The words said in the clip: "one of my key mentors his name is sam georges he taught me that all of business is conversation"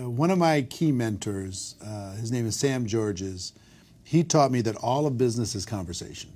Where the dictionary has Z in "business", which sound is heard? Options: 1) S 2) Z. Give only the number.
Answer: 2